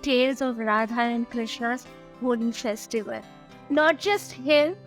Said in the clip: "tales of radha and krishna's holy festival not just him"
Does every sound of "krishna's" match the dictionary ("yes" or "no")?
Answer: no